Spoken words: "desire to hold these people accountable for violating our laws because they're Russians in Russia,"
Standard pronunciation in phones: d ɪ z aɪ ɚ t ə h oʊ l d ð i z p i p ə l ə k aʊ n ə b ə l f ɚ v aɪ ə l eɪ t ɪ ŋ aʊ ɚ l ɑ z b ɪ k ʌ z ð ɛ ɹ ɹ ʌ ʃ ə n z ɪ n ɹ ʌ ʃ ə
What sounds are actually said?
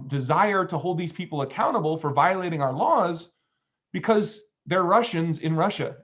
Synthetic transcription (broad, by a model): d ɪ z aɪ ɚ t ə h oʊ l d ð i z p i p l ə k aʊ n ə b l f ɚ v aɪ ə l eɪ t ɪ ŋ aʊ ɚ l ɑ z b ɪ k ʌ z ð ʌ ɹ ɹ ʌ ʃ ə n z ɪ n ɹ ʌ ʃ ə